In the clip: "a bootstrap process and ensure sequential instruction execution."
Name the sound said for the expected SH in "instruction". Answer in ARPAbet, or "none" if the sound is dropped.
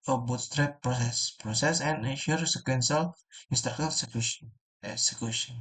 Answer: none